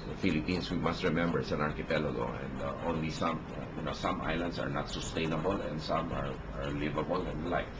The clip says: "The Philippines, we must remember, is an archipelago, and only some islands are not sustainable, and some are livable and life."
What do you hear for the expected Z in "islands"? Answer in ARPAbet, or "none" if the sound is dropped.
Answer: S